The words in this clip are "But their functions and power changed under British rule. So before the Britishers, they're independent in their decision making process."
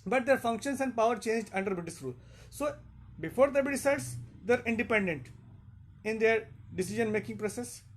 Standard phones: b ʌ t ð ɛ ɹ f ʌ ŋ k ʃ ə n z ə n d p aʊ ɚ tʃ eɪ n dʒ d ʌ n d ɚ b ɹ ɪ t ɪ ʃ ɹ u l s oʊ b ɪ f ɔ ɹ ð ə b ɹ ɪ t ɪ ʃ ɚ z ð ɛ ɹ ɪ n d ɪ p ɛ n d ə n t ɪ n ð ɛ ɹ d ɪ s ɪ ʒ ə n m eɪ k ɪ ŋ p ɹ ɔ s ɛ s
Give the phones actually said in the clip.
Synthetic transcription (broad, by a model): b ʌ t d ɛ ɹ f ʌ ŋ k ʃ ə n s ə n d p aʊ ɚ tʃ eɪ n dʒ d ʌ n d ɚ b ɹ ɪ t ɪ s ɹ u l s oʊ b ɪ f ɔ ɹ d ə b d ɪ s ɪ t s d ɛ ɹ ɪ n d ɪ p ɛ n d ə n t ɪ n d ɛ ɹ d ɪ s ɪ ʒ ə n m eɪ k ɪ ŋ p ɹ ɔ s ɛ s